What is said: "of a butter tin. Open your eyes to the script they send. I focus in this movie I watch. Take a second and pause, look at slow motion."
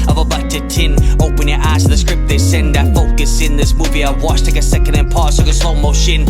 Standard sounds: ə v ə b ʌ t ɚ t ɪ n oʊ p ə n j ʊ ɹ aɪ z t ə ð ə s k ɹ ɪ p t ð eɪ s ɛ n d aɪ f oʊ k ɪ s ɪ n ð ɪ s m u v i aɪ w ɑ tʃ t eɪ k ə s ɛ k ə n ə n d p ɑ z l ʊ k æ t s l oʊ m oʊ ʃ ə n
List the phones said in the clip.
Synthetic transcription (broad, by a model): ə v ə b ʌ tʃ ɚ t ɪ n oʊ p ə n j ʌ ɹ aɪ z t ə ð ə s k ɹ ɪ p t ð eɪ s ɛ n d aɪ f oʊ k ɪ s ɪ n ð ɪ s m u v i aɪ w ɑ tʃ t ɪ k ə s ɛ k ə n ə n p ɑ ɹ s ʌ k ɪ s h oʊ m oʊ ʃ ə n